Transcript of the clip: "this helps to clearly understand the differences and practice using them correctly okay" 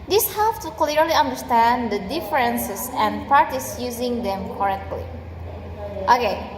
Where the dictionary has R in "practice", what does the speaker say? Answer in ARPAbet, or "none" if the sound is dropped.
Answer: none